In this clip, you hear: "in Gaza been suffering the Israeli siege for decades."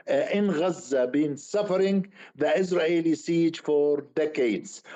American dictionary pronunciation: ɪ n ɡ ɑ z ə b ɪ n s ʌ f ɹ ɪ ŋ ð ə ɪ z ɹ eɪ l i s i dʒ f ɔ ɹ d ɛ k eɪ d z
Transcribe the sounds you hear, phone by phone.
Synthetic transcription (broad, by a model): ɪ n ɡ ɑ z ə b ɪ n s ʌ f ɹ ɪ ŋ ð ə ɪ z ɹ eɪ l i s i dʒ f ɔ ɹ d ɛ k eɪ d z